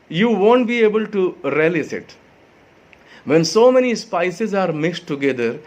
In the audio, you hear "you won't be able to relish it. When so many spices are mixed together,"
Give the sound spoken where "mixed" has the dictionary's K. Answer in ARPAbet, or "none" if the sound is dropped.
none